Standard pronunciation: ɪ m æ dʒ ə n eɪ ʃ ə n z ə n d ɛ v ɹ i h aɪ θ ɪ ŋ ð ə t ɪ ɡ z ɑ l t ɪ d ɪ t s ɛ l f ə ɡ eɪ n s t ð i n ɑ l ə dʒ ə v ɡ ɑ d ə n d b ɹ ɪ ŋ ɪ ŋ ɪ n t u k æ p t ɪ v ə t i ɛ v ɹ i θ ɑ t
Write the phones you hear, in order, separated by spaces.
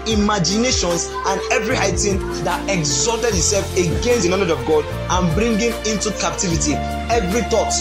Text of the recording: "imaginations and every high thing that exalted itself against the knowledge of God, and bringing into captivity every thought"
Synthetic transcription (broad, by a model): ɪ m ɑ dʒ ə n eɪ ʃ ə n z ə n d ɛ v ɹ i h aɪ t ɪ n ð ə t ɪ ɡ z ɑ l t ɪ d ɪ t s ɛ l f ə ɡ eɪ n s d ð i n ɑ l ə dʒ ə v ɡ ɑ d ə n b ɹ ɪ ŋ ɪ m ɪ n t u k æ p t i v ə t i ɛ v ɹ i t ɑ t